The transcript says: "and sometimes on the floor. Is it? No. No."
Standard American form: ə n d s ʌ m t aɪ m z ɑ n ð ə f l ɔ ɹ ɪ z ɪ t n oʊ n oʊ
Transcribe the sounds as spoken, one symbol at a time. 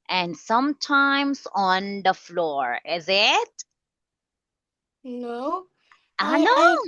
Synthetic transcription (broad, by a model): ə n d s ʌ m t aɪ m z ɑ n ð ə f l ɔ ɹ ɪ z ɪ t n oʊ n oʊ